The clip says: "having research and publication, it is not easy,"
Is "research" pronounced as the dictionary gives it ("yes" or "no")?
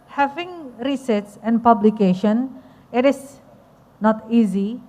no